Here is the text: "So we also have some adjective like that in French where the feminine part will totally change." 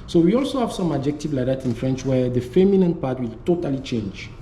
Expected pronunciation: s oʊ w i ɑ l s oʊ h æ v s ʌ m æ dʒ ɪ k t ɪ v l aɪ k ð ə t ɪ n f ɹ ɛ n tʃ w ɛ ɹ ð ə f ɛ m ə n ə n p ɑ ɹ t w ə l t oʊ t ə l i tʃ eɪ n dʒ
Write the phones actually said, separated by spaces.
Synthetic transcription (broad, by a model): s oʊ w i ɑ l s oʊ h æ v s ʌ m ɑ dʒ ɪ k t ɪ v l aɪ k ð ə t ɪ n f ɹ ɛ n tʃ w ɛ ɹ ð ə f ɛ m ə n ə n p ɑ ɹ t w ə l t oʊ t ə l i tʃ eɪ n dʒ